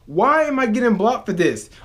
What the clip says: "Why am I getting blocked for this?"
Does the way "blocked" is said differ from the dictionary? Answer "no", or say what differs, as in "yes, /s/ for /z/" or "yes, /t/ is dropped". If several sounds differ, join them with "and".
yes, /k/ is dropped